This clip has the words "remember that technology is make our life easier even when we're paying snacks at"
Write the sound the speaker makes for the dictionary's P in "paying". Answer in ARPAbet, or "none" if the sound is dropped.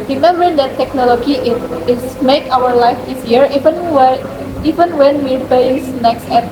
B